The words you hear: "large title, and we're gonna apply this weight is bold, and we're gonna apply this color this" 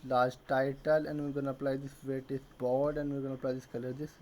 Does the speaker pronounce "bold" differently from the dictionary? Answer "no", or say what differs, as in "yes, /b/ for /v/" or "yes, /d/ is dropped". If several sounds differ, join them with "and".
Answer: yes, /l/ is dropped